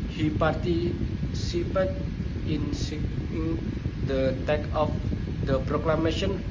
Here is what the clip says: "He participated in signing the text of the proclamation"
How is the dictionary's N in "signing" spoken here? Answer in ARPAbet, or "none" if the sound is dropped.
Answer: none